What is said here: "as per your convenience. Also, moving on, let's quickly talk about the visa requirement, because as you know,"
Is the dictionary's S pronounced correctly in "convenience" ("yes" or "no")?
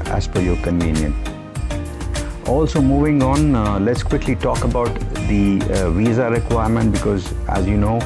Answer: no